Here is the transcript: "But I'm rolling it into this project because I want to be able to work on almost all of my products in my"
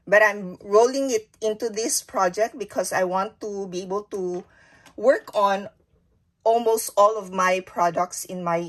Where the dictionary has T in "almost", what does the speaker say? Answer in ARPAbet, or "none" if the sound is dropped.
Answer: T